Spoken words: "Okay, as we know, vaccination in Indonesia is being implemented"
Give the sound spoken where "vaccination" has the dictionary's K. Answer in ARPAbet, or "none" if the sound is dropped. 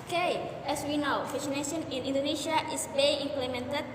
none